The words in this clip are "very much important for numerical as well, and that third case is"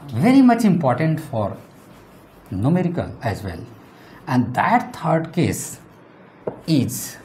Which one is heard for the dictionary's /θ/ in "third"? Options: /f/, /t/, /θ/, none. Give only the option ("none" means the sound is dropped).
/t/